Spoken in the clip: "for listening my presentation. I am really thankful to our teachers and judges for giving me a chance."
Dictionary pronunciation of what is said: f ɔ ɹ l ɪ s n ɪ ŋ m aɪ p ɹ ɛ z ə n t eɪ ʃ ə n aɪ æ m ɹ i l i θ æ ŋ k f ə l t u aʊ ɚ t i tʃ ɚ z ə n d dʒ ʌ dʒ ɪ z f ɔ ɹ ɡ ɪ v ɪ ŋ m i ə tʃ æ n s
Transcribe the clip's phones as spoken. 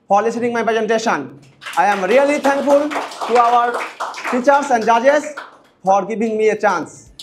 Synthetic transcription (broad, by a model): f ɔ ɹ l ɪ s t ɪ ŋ m aɪ p ɹ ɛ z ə n t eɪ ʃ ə n aɪ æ m ɹ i l i t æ ŋ k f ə l t u aʊ ɚ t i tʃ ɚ s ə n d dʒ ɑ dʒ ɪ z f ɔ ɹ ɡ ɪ b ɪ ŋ m i ə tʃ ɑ n s